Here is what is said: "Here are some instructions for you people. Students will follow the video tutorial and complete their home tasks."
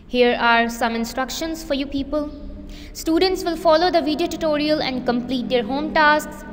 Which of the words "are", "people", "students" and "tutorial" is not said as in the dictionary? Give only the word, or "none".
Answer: none